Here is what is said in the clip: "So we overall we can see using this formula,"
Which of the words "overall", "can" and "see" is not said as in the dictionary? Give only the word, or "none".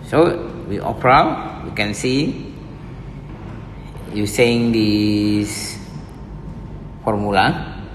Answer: overall